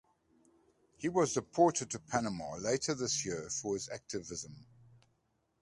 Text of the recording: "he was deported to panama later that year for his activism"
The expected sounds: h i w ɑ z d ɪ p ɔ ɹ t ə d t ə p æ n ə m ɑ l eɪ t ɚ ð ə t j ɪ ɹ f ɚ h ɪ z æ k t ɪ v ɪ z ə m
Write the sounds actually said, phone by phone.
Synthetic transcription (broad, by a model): h i w ɑ z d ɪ p ɔ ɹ t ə d t ə p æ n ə m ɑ l eɪ t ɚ ð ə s j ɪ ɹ f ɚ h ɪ z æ k t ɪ v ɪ z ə m